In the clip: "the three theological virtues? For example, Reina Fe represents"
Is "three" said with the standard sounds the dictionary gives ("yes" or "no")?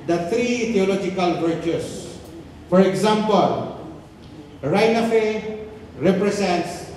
no